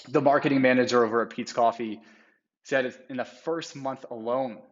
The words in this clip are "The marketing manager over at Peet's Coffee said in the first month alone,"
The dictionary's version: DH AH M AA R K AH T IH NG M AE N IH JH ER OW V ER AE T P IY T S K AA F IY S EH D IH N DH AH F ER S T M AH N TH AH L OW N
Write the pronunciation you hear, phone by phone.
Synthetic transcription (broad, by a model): DH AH M AA R K AH T IH NG M AE N IH JH ER OW V ER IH P IY T S K AA F IY S EH D IH N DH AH F ER S T M AH N TH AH L OW N